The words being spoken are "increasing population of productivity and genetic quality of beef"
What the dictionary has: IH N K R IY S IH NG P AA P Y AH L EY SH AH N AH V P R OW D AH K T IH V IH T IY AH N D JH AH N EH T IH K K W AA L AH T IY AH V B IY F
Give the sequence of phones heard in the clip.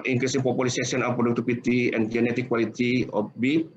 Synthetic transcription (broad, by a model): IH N K R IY S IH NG P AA P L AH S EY S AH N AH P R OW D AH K T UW P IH T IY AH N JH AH N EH T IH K K W AA L AH T IY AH F B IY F